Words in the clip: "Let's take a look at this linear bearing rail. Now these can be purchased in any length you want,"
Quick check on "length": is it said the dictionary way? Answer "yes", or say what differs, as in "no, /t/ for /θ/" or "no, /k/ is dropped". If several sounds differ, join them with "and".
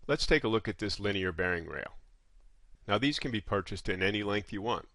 yes